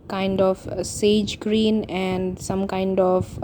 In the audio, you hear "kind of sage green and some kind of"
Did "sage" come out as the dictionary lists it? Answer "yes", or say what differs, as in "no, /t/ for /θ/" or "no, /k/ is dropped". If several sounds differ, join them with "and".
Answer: yes